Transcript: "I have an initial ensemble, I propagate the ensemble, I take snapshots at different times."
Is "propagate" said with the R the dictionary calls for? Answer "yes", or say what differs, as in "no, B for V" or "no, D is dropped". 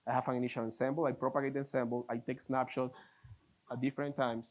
yes